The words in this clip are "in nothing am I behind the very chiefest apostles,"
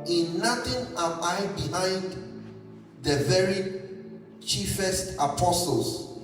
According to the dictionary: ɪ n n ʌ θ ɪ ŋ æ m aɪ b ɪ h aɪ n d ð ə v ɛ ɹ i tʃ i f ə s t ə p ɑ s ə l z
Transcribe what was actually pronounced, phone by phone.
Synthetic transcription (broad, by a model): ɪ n n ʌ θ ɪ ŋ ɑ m aɪ b ɪ h aɪ n d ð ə v ɛ ɹ i tʃ i f ə s t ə p ɑ s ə l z